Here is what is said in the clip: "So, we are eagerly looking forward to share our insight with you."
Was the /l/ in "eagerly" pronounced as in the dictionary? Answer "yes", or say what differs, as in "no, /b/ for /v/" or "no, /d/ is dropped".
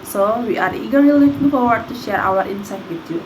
no, /l/ is dropped